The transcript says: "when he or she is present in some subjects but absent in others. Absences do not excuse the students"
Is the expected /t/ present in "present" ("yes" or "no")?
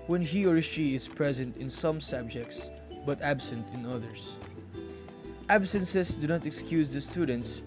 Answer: yes